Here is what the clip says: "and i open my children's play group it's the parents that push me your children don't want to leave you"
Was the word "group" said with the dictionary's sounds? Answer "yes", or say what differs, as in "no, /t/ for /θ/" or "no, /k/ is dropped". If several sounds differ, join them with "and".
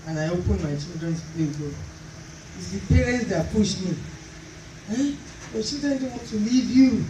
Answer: no, /ɹ/ is dropped and /p/ is dropped